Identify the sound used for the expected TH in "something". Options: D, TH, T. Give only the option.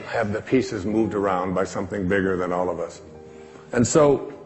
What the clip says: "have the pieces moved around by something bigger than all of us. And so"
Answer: TH